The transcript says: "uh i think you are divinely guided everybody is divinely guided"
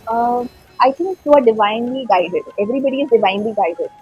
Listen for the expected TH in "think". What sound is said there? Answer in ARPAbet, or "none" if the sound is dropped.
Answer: T